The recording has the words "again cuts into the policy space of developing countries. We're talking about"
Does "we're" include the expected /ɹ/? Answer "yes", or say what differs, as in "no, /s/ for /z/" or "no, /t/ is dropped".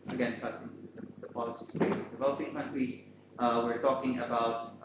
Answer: yes